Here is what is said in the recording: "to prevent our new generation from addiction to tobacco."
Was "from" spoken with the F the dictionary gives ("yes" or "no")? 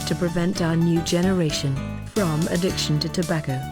yes